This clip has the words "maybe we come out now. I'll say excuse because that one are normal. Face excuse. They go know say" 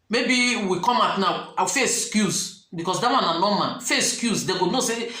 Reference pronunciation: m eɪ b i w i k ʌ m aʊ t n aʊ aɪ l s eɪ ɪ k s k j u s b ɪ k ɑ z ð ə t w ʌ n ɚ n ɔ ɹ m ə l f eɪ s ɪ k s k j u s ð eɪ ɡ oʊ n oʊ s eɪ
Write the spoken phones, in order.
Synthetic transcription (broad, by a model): m eɪ b i w i k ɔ m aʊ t n aʊ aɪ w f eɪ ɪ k s k j u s b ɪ k ɑ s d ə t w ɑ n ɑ n ɔ m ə n f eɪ ɪ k s k j u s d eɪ ɡ oʊ n oʊ s eɪ